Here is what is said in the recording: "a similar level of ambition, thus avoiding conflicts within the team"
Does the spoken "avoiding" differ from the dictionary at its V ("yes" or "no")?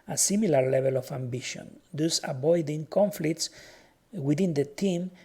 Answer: yes